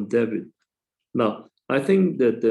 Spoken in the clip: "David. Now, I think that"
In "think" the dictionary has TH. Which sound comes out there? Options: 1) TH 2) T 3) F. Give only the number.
1